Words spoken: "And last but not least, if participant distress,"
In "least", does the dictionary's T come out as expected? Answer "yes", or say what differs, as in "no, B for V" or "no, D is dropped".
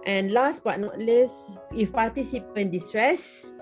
no, T is dropped